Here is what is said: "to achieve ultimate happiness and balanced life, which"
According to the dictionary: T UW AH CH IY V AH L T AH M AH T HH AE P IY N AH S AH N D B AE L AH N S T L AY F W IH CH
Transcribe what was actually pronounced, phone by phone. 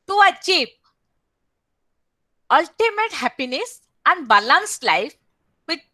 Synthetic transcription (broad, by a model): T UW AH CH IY P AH L T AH M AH T HH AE P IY N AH S AH N D B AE L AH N S L AY F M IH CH